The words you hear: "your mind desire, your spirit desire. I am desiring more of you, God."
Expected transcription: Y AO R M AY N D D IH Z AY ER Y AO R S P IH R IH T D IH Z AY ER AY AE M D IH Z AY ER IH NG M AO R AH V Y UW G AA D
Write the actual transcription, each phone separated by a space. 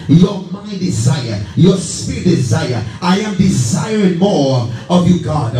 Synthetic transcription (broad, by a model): Y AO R M AY N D D IH Z AY ER Y AO R S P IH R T D IH Z AY ER AY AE M D IH Z AY ER IH NG M AO R AH V Y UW G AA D